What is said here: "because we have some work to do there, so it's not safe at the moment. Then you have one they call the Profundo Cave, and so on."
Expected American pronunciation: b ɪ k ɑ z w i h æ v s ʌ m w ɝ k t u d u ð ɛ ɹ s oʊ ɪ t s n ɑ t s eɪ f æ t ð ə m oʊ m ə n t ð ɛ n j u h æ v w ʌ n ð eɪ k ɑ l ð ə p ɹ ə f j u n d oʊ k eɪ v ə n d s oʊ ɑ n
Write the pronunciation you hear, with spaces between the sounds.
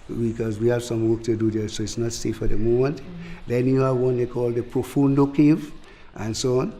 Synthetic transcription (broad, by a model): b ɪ k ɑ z w i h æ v s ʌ m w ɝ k t u d u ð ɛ s oʊ ɪ t s n ɑ t s eɪ f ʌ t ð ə m oʊ m ə n t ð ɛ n j u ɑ w ʌ n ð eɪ k ɑ l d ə p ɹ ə f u n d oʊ k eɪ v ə n s oʊ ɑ n